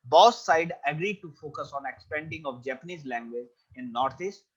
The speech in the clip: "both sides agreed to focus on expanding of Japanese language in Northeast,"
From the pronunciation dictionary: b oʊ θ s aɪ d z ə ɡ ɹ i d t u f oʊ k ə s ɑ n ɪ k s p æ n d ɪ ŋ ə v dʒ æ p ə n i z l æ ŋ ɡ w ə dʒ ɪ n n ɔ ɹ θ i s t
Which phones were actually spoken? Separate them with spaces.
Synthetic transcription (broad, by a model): b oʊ s aɪ d ə ɡ ɹ i d t u f oʊ k ə s ɑ n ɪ k s p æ n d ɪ ŋ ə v dʒ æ p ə n i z l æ ŋ ɡ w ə dʒ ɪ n n ɔ ɹ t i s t